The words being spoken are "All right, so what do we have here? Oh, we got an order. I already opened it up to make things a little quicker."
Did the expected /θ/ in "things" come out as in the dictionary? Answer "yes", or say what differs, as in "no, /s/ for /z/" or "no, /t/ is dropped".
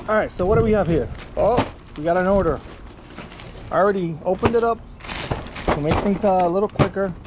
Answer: yes